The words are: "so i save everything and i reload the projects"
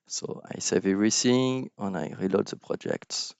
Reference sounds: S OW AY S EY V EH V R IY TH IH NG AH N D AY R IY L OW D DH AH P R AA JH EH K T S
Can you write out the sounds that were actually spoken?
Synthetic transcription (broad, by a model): S OW AY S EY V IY R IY S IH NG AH N AY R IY L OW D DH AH P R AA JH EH K T S